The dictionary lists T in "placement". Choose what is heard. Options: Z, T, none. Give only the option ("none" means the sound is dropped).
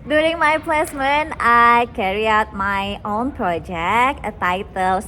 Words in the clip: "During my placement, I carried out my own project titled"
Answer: none